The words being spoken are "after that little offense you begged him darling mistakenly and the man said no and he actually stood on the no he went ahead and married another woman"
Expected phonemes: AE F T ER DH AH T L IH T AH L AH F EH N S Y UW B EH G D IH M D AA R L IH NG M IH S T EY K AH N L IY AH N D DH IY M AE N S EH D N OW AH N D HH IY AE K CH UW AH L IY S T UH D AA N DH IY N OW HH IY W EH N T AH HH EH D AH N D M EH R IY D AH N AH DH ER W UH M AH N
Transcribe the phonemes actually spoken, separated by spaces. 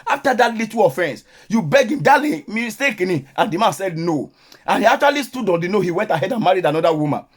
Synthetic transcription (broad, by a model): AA F T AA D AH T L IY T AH AH F EH N S Y UW B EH G IH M D AA L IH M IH S T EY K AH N IY AH N D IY M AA N S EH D N OW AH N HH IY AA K CH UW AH L IY S T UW D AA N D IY N OW HH IY W EH N T AH HH EH D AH N M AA R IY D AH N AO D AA W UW M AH N